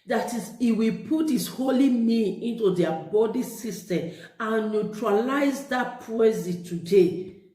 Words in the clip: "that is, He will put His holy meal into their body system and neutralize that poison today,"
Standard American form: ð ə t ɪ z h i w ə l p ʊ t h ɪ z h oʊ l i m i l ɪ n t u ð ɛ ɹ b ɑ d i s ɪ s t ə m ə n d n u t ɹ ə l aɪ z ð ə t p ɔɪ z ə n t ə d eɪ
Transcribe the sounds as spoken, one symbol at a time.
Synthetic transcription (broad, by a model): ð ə t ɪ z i w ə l p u t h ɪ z h oʊ l i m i n ɪ n t u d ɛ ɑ b ɑ d i s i s t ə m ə n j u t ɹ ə l aɪ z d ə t p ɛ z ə t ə d eɪ